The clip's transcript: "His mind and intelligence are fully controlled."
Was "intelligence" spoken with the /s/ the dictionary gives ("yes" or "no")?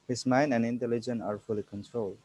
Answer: no